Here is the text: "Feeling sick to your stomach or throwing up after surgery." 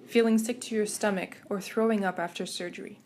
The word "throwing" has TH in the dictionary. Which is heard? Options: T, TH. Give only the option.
TH